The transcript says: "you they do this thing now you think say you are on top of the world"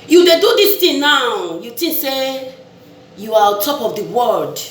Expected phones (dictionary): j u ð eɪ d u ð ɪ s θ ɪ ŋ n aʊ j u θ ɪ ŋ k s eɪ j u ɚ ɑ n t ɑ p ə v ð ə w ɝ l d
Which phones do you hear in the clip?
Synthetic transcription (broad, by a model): j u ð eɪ d u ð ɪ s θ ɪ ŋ n aʊ j u t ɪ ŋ s eɪ j u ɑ t ɑ p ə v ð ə w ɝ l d